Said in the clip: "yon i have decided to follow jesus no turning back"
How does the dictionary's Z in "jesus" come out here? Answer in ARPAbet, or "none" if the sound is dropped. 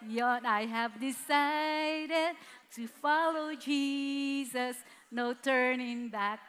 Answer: Z